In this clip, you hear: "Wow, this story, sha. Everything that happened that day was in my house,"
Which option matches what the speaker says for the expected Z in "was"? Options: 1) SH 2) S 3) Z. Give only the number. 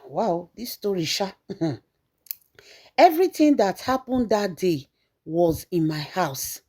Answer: 3